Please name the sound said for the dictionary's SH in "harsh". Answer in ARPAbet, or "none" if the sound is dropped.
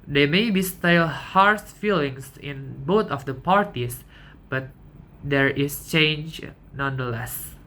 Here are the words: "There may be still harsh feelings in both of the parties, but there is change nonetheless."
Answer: S